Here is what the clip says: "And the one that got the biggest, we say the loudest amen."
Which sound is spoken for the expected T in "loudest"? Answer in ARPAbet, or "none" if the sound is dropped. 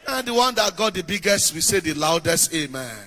T